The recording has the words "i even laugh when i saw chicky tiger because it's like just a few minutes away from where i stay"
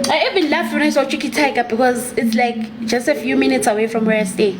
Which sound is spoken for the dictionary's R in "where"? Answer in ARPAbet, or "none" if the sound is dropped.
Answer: R